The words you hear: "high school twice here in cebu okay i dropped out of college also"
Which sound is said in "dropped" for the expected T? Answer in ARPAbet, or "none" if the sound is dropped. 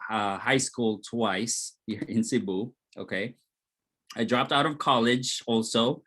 T